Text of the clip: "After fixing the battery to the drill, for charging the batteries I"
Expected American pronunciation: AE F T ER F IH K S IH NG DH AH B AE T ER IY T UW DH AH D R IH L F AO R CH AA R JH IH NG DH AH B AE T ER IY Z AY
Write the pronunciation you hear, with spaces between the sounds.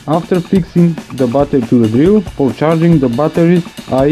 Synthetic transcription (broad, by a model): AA F T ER F IH K S IH NG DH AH B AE T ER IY T UW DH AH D R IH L F AO R CH AA R JH IH NG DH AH B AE T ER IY AY